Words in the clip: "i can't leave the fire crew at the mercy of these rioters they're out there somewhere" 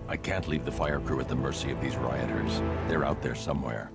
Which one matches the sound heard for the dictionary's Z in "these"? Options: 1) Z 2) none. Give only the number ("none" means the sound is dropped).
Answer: 1